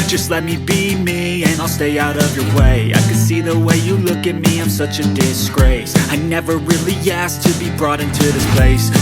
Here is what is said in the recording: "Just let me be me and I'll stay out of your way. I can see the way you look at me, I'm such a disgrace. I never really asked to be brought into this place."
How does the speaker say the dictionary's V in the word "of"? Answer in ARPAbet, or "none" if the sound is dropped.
V